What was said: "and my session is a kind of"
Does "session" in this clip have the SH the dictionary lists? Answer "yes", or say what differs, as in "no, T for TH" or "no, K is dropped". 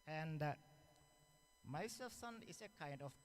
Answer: no, S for SH